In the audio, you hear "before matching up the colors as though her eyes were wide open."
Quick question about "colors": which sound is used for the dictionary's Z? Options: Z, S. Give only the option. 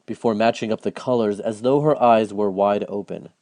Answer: Z